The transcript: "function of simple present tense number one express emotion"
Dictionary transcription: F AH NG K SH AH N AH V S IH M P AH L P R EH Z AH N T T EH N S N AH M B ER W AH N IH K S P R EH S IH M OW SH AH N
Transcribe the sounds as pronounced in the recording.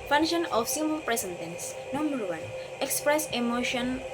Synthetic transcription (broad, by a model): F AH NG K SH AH N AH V S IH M AH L P R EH S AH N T T EH N S N AH M B ER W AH N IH K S P R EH S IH M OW SH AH N